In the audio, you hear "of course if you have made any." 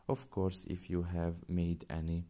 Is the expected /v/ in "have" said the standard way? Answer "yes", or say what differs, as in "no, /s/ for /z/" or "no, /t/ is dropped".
yes